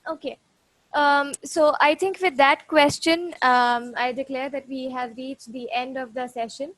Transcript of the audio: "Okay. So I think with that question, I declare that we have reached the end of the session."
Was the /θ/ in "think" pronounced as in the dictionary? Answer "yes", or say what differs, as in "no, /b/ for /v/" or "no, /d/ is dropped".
no, /t/ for /θ/